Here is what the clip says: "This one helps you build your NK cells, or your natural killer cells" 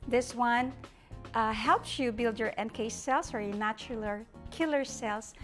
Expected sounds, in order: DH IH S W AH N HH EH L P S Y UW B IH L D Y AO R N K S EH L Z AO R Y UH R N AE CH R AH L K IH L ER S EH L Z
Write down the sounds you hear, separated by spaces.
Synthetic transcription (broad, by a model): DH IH S W AH N HH EH L P S Y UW B IH L D Y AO R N K S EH L S AO R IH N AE CH L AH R K IH L ER S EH L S